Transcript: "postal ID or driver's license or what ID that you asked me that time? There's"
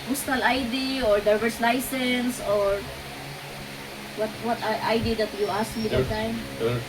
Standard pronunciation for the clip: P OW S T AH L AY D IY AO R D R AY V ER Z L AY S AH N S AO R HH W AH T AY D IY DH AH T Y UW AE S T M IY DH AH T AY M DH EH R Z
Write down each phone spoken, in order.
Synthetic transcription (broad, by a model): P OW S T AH L AY D IY AO R D AY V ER S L AY S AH N S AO R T W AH T AY D IY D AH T Y UW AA S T M IY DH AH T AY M